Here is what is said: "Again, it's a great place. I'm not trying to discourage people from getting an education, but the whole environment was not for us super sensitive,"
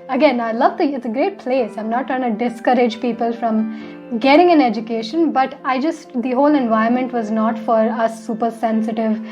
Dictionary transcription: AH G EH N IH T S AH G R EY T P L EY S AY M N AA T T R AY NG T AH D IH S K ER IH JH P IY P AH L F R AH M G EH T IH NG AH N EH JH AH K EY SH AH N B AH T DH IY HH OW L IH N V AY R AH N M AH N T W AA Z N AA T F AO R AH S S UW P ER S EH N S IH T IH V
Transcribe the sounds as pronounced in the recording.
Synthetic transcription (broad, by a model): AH G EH N IH T S AH G R EY T P L EY S AY M N AA T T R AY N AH D IH S K ER IH JH P IY P AH L F R AH M G EH T IH NG AH N EH JH AH K EY SH AH N B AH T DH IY HH OW L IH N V AY AH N M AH N T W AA Z N AA T F AO R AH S S UW P ER S EH N S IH T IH V